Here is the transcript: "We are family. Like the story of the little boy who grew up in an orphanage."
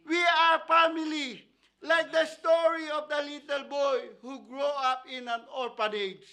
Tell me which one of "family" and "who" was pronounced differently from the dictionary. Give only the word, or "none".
family